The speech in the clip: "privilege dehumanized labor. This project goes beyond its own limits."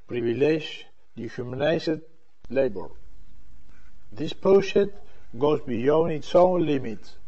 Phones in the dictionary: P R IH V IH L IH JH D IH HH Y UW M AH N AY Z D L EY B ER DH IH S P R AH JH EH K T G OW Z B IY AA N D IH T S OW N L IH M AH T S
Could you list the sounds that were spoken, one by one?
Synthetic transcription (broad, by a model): P R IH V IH L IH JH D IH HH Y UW M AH N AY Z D L EY B ER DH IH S P AH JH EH T G OW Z B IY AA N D IH T S OW N L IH M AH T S